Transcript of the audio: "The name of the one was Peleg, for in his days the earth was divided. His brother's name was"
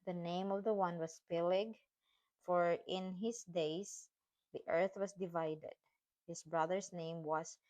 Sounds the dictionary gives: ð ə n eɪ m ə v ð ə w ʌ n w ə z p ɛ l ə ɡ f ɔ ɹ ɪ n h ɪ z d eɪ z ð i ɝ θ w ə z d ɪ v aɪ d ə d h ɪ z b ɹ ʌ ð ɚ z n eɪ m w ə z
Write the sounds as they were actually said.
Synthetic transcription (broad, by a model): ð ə n eɪ m ə v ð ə w ʌ n w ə s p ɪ l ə ɡ f ɔ ɹ ɪ n h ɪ s d eɪ s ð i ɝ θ w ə s d ɪ v aɪ d ə d h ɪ s b ɹ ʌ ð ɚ s n eɪ m w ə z